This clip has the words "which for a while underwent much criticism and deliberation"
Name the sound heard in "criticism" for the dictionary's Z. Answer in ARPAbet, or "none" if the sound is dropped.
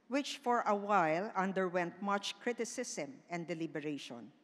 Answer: S